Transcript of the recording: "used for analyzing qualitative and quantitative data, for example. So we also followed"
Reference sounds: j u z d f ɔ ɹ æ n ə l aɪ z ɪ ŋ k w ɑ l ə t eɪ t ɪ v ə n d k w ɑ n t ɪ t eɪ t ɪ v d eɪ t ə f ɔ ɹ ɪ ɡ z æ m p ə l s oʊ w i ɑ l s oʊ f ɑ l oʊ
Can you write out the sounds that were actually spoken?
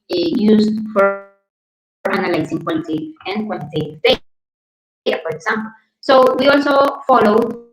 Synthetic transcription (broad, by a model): j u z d f ɔ ɹ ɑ n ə l aɪ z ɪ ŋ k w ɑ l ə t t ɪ ə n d k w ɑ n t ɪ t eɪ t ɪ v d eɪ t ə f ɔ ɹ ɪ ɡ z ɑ m p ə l s oʊ w i ɑ l s oʊ f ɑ l oʊ